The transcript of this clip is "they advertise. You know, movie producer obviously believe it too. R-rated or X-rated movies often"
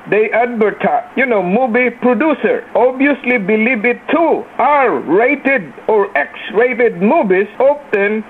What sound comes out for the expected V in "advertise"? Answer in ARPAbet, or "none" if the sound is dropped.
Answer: B